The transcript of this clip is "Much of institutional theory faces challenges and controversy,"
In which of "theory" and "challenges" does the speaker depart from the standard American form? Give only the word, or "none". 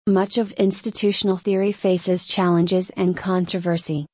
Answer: none